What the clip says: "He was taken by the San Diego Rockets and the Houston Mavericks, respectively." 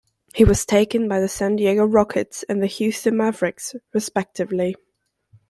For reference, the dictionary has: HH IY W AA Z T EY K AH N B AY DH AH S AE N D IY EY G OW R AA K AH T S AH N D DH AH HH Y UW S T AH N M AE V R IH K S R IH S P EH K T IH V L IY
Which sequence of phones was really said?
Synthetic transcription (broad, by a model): HH IY W AA Z T EY K AH N B AY DH AH S AE N D IY EY G OW R AA K AH T S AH N DH AH HH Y UW S T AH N M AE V R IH K S R IH S P EH K T IH V L IY